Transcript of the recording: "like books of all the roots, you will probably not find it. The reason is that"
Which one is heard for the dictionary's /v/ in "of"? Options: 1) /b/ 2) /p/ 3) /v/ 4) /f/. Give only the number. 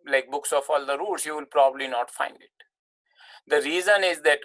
4